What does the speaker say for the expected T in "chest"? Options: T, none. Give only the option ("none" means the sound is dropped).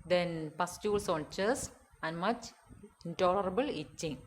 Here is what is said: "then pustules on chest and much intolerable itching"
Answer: none